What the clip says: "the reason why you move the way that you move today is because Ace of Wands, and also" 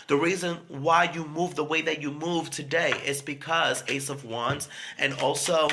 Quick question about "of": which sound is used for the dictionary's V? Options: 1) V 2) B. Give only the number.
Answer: 1